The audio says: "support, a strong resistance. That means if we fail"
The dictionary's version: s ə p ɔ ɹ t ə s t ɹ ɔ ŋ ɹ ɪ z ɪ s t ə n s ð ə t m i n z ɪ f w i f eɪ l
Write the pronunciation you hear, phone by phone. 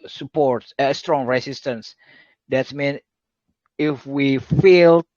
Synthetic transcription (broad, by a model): s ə p ɔ ɹ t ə s t ɹ ɔ ŋ ɹ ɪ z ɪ s t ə n s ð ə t m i n ɪ f w i f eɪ l